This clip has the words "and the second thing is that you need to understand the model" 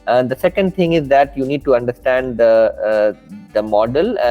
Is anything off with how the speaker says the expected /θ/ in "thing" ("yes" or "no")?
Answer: yes